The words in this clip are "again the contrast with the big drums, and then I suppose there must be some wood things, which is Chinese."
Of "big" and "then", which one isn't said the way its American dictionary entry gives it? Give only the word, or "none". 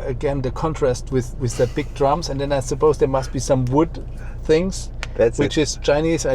none